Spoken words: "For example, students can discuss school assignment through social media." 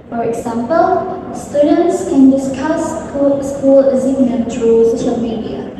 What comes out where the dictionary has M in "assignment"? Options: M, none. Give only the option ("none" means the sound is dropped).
none